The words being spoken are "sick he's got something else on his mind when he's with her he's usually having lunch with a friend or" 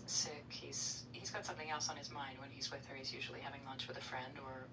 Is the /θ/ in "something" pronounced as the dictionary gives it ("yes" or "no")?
yes